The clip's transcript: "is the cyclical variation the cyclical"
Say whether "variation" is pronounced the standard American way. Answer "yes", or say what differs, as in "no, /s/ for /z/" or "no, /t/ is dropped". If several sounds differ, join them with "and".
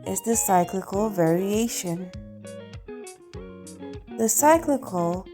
yes